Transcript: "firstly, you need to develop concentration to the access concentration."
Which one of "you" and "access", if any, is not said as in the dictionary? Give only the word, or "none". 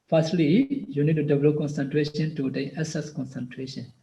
access